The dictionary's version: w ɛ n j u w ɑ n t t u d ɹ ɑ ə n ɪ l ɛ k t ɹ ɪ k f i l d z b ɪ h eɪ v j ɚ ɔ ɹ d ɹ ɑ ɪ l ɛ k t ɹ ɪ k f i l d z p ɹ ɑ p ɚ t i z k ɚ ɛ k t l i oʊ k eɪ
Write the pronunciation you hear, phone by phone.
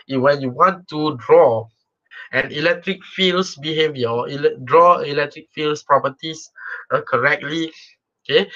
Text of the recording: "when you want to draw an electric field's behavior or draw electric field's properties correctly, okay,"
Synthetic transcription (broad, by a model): w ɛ n j u w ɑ n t t u d ɹ ɑ ə n ɪ l ɛ k t ɹ ɪ k f i l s b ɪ h eɪ v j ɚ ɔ l d ɹ ɑ ɪ l ɛ k t ɹ ɪ k f i l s p ɹ ɑ p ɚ t i s k ɚ ɛ k t l i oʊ k eɪ